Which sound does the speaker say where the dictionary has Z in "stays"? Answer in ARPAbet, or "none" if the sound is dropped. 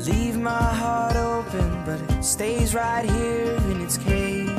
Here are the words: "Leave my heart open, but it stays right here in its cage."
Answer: Z